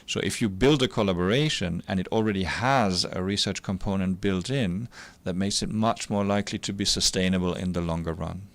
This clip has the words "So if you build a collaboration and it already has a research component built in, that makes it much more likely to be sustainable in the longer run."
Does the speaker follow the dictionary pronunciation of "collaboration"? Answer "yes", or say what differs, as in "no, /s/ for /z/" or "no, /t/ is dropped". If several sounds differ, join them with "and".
yes